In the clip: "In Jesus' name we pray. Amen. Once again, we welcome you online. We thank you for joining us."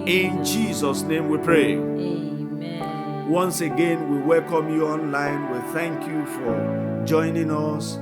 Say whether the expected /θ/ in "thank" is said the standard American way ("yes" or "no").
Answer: yes